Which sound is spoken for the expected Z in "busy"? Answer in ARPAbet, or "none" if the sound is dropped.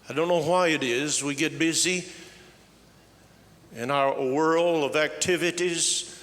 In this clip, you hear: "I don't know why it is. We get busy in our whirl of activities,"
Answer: Z